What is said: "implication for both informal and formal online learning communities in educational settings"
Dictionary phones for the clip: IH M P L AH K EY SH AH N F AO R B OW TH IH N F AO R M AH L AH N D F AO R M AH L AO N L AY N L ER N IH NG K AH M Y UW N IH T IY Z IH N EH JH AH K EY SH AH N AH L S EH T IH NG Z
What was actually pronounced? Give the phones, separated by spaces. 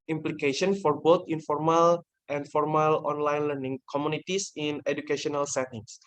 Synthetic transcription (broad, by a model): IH M P L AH K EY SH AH N F AO R B OW T IH N F AO R M AH L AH N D F AO R M AH L AO N L AY N L ER N IH NG K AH M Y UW N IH T IY S IH N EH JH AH K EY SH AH N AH L S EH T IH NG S